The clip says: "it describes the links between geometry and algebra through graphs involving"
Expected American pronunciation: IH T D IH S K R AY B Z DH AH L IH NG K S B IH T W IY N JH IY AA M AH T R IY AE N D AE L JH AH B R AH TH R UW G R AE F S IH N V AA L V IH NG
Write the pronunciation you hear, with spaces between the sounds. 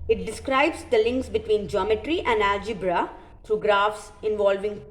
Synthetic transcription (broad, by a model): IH T D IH S K R AY B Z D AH L IH NG K S B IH T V IY N JH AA M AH T R IY AE N D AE JH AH B R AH T R UW G R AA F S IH N V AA L V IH NG